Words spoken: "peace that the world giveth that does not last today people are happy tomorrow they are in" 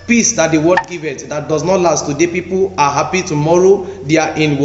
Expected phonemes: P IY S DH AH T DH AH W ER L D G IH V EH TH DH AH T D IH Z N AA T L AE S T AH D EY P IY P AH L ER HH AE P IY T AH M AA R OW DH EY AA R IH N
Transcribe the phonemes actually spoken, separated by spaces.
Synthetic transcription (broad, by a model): P IY S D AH T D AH W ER D G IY V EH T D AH T D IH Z N AA T L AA S T AH D EY P IY P AH L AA HH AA P IY T AH M AA R OW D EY AA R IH N